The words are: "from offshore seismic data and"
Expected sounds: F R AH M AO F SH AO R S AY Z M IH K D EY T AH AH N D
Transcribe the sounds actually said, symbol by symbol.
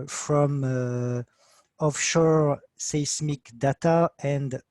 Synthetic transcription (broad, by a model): F R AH M AO F SH AO R S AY S M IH K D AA T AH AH N D